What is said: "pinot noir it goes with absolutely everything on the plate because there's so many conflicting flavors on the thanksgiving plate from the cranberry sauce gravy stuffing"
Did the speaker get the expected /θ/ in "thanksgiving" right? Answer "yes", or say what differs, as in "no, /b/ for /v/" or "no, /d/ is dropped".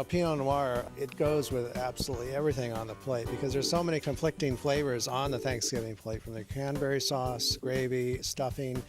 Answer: yes